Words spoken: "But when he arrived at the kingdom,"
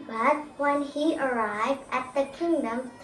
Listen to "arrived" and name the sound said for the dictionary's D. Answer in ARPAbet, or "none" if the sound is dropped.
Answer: D